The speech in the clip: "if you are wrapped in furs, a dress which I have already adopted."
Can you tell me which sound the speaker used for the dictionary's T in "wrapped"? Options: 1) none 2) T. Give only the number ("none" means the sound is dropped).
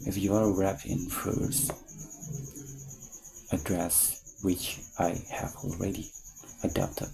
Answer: 1